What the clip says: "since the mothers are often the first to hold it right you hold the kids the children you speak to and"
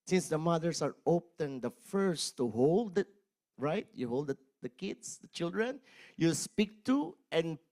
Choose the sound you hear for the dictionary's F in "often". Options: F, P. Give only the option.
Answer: P